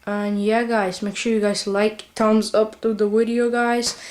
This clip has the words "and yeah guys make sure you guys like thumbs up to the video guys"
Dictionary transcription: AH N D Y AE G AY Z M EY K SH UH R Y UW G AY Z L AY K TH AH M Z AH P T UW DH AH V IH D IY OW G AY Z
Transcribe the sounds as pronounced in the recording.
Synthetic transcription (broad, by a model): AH N Y AE G AY Z M EY K SH UH R Y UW G AY Z L AY K T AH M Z AH P T UW DH AH W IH D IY OW G AY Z